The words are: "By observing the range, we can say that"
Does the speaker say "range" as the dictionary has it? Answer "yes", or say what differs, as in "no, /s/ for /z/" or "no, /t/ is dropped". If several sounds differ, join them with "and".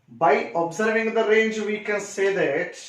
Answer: yes